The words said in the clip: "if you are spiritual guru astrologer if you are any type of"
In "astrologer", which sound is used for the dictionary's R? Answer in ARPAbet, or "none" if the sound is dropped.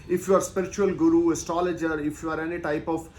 none